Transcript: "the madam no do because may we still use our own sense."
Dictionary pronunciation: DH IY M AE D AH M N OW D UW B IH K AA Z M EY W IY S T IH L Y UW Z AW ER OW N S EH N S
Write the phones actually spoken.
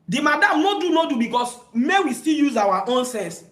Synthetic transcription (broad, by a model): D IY M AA D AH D N OW D UW B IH K AA S M EY W IY S T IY L Y UW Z AW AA OW N S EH N S